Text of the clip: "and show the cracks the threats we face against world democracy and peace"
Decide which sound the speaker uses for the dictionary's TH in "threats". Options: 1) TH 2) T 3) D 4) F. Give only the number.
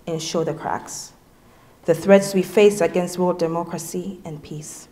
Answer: 1